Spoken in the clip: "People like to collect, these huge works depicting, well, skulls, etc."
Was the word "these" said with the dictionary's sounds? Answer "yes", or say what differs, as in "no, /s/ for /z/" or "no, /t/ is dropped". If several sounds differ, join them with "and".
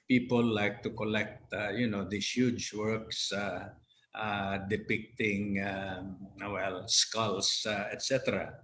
no, /s/ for /z/